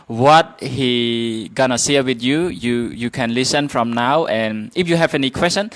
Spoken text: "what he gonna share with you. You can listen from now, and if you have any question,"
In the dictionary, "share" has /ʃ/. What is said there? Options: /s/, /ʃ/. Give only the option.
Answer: /s/